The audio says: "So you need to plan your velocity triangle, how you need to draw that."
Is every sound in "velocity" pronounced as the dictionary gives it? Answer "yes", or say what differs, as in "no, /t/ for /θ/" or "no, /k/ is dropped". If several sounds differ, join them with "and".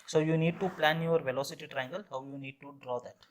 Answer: yes